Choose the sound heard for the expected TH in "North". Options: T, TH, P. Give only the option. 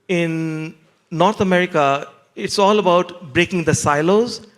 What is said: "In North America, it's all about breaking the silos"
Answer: T